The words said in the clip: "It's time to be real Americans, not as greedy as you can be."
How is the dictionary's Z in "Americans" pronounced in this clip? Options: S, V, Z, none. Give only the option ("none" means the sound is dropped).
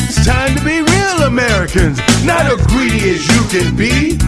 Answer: Z